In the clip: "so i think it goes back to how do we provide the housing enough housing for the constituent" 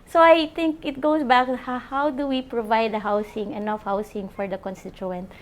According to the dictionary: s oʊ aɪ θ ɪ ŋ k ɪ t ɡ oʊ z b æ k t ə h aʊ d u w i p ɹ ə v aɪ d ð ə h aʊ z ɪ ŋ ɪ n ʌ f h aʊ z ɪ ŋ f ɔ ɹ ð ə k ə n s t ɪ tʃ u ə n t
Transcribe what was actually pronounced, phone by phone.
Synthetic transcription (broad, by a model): s oʊ aɪ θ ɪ ŋ k ɪ t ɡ oʊ s b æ k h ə h aʊ d u w i p ɹ ə v aɪ d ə h aʊ s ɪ ŋ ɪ n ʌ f h aʊ s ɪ ŋ f ɔ ɹ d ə k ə n s t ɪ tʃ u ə n t